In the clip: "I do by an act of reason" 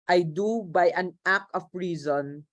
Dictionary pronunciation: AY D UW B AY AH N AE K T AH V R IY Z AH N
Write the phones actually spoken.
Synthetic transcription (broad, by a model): AY D UW B AY AH N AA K AH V R IY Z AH N